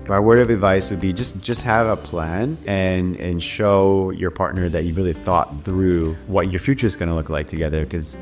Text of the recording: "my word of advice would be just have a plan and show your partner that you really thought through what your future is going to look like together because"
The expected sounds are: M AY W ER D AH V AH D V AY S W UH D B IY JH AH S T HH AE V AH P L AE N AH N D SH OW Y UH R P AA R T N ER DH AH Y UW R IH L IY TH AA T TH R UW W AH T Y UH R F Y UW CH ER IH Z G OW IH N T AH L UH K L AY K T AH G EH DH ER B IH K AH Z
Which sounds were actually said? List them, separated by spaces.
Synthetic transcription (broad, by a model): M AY W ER AH V AH D V AY S W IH D B IY JH AH S T HH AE V AH P L AE N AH N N SH OW Y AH R P AA R T N ER DH AH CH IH R IH L IY TH AA T TH R UW W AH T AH R F Y UW CH ER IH Z G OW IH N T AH L UH K L AY K T AH G EH DH ER K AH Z